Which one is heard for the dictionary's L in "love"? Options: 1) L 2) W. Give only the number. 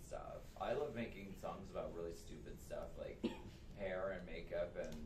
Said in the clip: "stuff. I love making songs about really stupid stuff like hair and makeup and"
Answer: 1